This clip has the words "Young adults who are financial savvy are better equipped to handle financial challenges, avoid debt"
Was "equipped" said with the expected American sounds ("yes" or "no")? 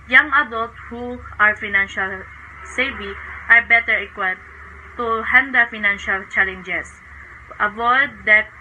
no